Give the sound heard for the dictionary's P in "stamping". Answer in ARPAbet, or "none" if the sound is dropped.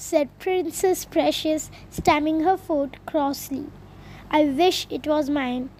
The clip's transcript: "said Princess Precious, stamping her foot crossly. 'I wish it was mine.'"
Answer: none